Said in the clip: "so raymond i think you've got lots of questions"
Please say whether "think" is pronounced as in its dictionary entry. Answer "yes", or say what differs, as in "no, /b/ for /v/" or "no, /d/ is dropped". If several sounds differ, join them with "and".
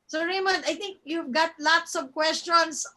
no, /t/ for /θ/